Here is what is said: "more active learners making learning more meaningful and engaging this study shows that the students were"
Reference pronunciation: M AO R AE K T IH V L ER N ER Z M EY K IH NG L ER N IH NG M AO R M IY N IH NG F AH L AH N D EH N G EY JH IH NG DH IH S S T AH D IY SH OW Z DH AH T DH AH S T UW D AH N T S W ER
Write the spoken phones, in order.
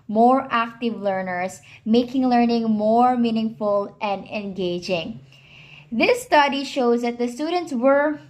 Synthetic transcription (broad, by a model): M AO R AE K T IH V L ER N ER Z M EY K IH NG L ER N IH NG M AO R M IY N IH NG F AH L AH N D EH N G EY JH IH NG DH IH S S T AH D IY SH OW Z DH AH T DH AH S T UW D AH N T S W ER